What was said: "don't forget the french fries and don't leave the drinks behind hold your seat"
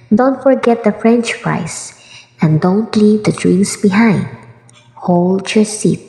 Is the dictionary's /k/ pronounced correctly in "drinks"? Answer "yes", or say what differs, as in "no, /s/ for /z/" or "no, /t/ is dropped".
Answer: no, /k/ is dropped